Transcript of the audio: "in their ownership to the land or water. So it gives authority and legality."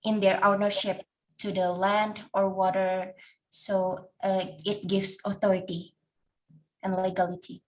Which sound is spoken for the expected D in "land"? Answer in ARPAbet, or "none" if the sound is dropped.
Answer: D